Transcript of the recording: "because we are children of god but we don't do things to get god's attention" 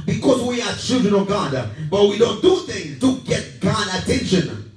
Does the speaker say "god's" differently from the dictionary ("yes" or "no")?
yes